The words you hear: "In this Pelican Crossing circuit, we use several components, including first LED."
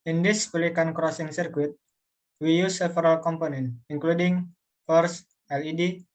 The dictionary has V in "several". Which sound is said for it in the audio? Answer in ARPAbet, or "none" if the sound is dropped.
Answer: F